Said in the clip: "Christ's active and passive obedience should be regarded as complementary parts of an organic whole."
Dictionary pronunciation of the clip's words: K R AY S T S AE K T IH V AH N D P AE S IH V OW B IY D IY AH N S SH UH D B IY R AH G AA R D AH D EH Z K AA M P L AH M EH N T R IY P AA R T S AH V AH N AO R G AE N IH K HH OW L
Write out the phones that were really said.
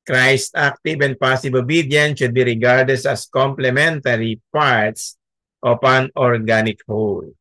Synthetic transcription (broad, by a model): K R AY S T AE K T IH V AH N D P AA S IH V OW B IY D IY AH N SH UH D B IY R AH G AA R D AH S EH S K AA M P L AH M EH N T R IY P AA R T S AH P AH N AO R G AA N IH K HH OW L